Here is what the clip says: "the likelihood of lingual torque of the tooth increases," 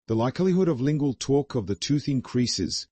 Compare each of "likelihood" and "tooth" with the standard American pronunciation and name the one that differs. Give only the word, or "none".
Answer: none